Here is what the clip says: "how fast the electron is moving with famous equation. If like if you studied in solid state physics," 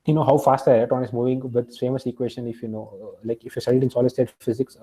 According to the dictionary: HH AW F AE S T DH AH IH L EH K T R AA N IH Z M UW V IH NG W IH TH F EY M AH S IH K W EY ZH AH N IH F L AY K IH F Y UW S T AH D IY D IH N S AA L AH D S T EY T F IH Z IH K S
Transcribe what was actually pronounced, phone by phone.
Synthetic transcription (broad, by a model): HH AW F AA S T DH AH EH T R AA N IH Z M UW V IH NG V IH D F EY M AH S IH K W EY SH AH N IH F L AY K IH F Y UW S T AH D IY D IH N S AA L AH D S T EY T F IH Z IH K S